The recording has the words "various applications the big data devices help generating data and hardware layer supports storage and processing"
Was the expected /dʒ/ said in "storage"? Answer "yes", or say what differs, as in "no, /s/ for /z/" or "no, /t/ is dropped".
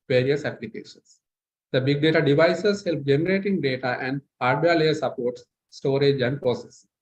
yes